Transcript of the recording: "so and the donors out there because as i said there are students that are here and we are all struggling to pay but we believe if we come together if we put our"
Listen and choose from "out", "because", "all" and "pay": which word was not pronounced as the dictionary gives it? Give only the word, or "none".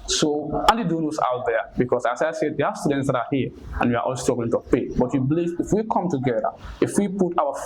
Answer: because